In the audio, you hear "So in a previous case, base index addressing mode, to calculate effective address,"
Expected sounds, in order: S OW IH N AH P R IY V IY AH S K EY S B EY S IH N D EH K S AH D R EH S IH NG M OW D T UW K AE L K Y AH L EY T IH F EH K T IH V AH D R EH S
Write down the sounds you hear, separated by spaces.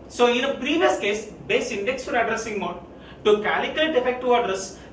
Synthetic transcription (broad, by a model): S OW IH N AH P R IY V IY AH S K EY S B EY S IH N D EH K S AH D R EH S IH NG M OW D T UW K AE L K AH L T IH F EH K T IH AH D R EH S